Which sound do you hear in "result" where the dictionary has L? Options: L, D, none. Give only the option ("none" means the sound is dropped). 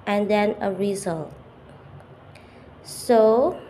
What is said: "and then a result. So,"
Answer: L